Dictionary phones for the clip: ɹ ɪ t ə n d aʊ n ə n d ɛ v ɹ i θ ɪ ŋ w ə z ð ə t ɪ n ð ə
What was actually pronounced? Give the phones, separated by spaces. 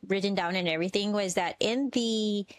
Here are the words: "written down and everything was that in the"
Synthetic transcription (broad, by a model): ɹ ɪ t n d aʊ n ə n ɛ v ɹ i θ ɪ ŋ w ə z ð ə t ɪ n ð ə